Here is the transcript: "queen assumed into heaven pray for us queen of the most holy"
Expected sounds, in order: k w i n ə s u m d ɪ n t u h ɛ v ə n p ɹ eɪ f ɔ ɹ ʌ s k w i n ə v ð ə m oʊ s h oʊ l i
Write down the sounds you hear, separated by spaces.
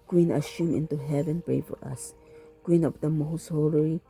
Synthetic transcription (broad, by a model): k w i n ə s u m ɪ n t u h ɛ v ə n p ɹ eɪ f ɔ ɹ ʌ s k w i n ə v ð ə m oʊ s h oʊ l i